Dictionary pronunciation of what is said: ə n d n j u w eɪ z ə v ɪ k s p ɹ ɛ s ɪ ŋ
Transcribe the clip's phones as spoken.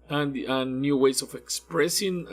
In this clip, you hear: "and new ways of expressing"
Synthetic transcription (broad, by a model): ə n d n j u w eɪ s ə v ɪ k s p ɹ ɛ s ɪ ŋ